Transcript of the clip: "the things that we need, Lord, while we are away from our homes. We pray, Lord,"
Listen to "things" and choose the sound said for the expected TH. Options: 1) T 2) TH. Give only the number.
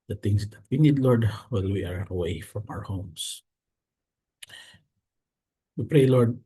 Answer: 1